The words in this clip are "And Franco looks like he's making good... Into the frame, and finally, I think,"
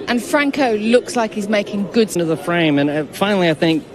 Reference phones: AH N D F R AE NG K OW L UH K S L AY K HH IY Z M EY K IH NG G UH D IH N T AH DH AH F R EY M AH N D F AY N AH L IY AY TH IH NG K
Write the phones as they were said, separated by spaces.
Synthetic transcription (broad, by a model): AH N F R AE NG K OW L UH K S L AY K HH IY Z M EY K IH NG G UH D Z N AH DH AH F R EY M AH N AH F AY N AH L IY AY TH IH NG K